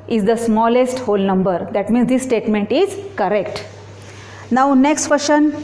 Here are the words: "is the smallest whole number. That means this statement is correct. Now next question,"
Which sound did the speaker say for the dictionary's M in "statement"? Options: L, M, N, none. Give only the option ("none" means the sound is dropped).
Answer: M